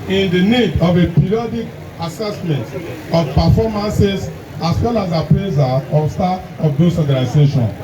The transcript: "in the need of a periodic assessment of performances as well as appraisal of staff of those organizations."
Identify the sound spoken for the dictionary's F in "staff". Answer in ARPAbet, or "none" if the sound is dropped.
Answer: none